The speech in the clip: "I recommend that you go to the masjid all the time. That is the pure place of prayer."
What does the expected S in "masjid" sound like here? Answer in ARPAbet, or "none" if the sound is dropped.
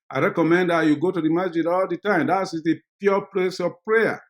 none